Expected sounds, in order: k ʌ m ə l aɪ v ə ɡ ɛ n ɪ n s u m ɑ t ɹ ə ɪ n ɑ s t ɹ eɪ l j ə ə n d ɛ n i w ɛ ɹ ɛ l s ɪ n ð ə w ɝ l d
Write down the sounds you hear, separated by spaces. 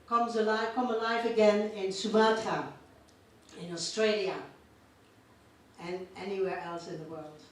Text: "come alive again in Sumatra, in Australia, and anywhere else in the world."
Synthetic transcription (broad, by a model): k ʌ m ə l aɪ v ə ɡ ɛ n ɪ n s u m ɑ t ə ɪ n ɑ s t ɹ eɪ l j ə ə n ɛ n i w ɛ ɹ ɛ l s ɪ n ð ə w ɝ l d